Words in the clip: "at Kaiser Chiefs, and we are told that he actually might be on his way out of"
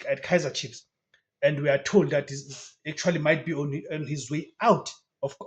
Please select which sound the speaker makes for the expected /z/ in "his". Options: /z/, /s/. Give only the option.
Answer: /z/